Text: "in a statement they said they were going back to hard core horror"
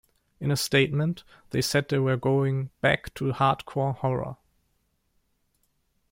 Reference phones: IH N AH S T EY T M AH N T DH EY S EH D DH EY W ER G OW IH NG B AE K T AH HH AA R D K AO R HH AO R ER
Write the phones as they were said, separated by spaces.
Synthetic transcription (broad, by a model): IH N AH S T EY T M AH N T DH EY S EH D DH EY W ER G OW IH NG B AE K T AH HH AA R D K AO R HH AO R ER